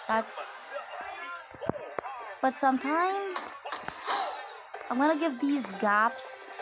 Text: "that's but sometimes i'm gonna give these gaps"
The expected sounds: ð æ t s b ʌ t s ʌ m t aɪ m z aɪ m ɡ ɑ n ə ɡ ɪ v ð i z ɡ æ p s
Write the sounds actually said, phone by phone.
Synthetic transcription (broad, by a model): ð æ t s b ʌ t s ʌ m t aɪ m z aɪ m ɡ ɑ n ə ɡ ɪ v ð i z ɡ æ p s